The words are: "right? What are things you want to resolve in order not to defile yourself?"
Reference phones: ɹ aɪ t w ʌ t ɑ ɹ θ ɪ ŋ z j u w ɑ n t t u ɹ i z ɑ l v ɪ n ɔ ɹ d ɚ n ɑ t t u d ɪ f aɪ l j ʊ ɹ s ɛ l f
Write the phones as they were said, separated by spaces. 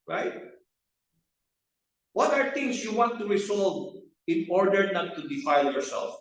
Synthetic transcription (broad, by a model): ɹ aɪ t w ʌ t ɑ ɹ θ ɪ ŋ s j u w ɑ n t t u ɹ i s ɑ l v ɪ n ɔ ɹ d ɚ n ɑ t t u d ɪ f aɪ l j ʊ ɹ s ɛ l f